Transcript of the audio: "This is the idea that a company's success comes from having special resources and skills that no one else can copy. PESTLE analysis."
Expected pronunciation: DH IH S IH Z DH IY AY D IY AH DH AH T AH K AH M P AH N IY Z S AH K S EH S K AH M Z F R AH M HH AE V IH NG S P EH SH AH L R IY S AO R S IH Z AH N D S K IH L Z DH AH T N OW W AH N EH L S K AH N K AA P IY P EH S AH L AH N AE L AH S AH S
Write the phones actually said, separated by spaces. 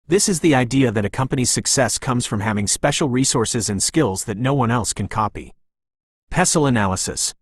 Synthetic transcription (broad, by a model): DH IH S IH Z DH IY AY D IY AH DH AH T AH K AH M P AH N IY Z S AH K S EH S K AH M Z F R AH M HH AE V IH NG S P EH SH L R IY S AO R S IH Z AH N S K IH L Z DH AH T N OW W AH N EH L S K AH N K AA P IY P EH S L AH N AE L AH S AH S